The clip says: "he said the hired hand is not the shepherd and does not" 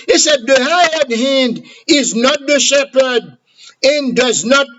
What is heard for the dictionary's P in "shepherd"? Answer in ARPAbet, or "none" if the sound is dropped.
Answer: P